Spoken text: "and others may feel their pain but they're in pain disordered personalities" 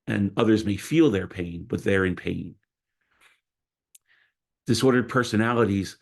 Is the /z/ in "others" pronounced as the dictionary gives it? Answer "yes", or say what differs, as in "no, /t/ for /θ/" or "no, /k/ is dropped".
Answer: yes